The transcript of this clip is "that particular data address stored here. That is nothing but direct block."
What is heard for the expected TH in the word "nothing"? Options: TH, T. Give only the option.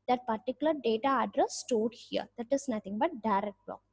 T